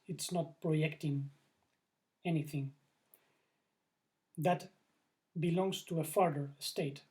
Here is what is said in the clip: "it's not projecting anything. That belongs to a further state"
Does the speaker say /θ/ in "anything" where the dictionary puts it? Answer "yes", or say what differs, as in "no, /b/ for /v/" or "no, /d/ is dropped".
yes